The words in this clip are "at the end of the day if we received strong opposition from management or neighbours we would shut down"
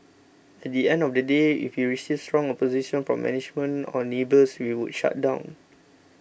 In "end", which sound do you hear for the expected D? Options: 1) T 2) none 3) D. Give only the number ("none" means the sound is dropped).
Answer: 3